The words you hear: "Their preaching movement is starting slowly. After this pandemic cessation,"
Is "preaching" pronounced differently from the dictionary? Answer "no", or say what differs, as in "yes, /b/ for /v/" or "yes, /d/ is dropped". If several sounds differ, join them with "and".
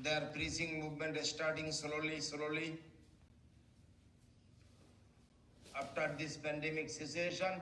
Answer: yes, /s/ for /tʃ/